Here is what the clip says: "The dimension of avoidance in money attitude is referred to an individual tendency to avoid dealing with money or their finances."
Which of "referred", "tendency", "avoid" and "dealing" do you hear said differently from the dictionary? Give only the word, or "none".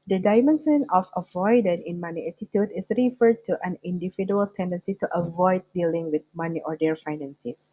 none